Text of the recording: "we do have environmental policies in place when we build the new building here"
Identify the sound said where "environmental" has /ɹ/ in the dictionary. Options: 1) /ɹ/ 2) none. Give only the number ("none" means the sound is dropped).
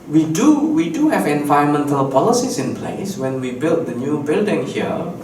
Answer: 2